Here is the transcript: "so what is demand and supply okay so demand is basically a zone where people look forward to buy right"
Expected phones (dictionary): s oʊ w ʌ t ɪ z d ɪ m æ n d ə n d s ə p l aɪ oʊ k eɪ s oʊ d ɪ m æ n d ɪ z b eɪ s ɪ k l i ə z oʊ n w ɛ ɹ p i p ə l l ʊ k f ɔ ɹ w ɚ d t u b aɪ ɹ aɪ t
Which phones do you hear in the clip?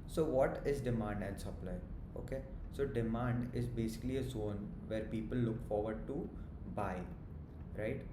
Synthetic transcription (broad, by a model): s oʊ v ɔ t ɪ z d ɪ m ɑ n d ə n d s ə p l aɪ oʊ k eɪ s oʊ d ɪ m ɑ n d ɪ z b eɪ s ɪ k l i ə z oʊ n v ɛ ɹ p i p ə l l ʊ k f ɔ ɹ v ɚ d t u b aɪ ɹ aɪ t